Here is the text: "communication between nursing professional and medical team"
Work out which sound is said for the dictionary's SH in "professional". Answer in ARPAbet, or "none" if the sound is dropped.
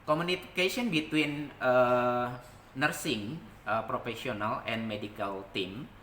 S